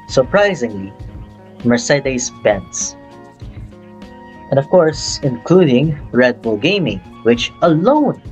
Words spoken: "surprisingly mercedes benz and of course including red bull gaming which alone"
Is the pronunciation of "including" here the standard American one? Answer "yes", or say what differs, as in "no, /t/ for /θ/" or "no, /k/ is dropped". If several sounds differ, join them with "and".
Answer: yes